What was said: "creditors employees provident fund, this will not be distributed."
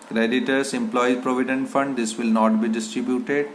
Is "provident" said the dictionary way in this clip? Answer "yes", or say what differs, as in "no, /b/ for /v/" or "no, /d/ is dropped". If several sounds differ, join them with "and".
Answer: yes